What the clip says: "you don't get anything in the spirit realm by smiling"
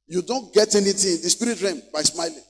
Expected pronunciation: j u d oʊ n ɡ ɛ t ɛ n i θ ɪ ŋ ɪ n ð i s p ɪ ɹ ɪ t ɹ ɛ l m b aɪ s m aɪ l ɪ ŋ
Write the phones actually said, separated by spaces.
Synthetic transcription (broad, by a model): j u d oʊ n ɡ ɛ t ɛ n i t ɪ ɪ n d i s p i ɹ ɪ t ɹ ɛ m b aɪ s m aɪ l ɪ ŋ